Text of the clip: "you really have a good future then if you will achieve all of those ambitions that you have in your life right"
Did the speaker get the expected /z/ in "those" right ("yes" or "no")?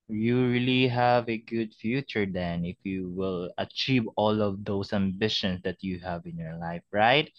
no